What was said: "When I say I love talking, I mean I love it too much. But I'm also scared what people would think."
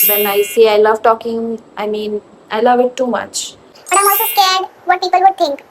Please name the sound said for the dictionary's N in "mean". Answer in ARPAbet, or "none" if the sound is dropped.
N